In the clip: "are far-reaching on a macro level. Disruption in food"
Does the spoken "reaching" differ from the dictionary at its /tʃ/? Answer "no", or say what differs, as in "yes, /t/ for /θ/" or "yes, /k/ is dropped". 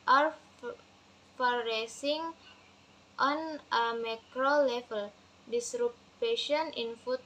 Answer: yes, /s/ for /tʃ/